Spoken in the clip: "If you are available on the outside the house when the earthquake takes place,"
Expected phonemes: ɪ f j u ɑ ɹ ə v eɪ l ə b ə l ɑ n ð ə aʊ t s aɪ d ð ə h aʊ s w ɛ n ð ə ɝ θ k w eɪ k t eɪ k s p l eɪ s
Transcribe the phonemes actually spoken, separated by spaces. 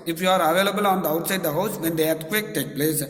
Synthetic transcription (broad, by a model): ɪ f j u ɑ ɹ ə v eɪ l ə b ə l ɑ n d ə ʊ t s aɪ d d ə h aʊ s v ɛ n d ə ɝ t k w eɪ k t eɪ k p l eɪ s